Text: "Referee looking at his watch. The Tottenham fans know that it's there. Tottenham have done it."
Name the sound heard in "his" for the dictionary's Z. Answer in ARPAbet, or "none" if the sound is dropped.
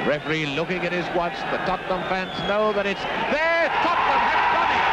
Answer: Z